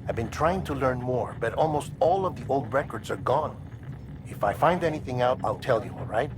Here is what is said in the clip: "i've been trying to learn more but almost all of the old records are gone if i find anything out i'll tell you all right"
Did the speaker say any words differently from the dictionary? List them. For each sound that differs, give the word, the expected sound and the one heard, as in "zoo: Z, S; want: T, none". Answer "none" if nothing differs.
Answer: none